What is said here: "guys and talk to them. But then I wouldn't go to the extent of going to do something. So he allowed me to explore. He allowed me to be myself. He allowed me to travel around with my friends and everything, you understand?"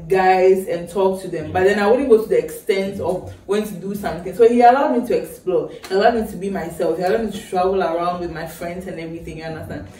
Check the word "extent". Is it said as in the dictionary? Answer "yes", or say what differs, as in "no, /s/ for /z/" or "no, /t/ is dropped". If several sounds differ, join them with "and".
yes